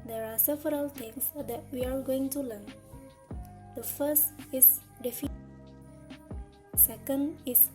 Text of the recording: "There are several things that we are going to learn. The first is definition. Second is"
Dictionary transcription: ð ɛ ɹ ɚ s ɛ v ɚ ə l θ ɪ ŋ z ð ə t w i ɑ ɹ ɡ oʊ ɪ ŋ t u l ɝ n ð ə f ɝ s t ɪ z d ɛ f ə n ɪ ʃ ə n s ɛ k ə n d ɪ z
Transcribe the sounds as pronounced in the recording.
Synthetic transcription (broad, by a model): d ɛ ɹ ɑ s ɛ v ɚ ə l t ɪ ŋ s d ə t w i ɑ ɹ ɡ oʊ ɪ ŋ t u l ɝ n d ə f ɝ s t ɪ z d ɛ f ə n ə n s ɛ k ə n d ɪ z